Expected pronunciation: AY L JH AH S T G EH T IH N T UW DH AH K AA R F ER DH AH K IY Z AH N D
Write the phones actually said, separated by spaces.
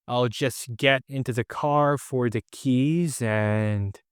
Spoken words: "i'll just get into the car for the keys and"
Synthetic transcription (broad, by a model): AY L JH AH S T G EH T IH N T UW DH AH K AA R F ER DH AH K IY Z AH N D